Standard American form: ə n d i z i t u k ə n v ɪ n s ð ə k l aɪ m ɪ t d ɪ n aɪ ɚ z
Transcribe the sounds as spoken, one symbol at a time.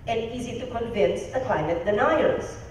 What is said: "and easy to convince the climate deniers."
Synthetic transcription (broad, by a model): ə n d i z i t u k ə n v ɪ n s ð ə k l aɪ m ɪ t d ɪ n aɪ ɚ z